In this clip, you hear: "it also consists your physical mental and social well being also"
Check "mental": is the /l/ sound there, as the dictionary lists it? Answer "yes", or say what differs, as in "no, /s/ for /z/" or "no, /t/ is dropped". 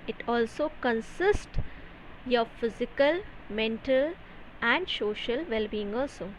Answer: yes